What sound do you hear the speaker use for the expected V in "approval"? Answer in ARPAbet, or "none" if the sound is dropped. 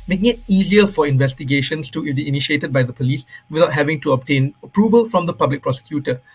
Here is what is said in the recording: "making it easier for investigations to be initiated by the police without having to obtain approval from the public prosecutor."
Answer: V